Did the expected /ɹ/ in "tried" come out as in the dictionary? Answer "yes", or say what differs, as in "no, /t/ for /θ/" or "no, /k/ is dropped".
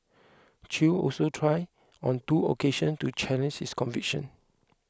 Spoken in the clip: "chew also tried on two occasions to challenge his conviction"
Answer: yes